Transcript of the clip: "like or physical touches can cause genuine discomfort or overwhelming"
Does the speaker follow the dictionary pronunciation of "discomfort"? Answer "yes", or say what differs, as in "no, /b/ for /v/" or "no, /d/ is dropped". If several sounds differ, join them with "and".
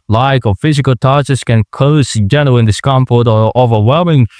no, /p/ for /f/